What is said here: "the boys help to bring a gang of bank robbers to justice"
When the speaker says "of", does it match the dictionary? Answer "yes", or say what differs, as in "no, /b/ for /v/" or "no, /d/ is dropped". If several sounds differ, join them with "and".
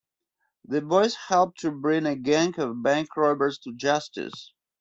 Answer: yes